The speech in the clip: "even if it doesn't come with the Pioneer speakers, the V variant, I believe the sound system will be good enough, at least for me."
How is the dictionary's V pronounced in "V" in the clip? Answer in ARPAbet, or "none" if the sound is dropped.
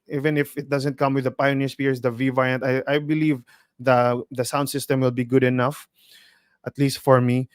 V